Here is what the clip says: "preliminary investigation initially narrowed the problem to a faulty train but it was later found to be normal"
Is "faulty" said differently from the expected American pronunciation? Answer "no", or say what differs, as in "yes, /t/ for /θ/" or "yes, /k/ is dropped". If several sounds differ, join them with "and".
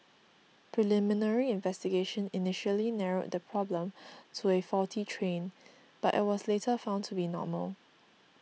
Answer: yes, /l/ is dropped